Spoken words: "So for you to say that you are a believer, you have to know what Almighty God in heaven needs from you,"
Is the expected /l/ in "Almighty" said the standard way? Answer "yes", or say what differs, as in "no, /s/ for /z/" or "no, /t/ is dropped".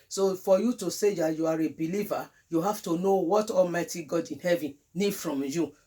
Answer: yes